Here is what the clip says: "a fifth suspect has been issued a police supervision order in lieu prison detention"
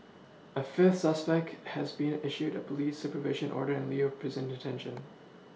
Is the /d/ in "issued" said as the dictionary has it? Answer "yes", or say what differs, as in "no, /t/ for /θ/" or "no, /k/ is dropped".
yes